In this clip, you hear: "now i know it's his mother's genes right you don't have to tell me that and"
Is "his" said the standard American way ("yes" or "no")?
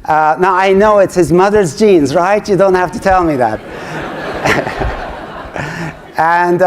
yes